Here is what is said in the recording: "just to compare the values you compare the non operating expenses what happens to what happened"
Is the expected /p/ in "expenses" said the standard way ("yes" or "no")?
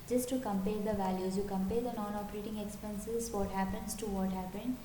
yes